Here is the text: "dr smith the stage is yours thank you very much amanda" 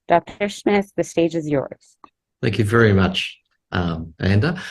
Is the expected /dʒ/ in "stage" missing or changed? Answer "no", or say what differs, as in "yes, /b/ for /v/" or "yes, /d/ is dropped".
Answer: no